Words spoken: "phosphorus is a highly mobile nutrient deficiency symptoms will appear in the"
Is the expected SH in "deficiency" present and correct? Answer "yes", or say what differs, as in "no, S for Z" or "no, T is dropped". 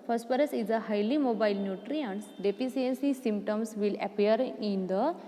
no, S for SH